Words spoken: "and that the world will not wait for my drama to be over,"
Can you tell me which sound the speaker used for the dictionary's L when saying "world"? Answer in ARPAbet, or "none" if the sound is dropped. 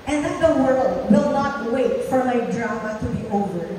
L